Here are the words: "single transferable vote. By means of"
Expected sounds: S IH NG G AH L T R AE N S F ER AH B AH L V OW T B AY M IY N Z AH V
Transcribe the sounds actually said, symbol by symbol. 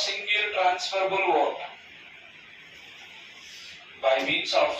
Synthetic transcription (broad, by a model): S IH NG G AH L T R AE N S F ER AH B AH L W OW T B AY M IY N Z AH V